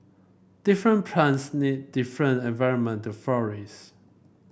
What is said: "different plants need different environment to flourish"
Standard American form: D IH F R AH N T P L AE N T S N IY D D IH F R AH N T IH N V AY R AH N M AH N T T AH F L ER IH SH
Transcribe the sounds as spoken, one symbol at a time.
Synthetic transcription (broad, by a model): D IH F R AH N P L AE N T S N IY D D IH F R AH N T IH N V AY R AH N M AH N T T AH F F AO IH S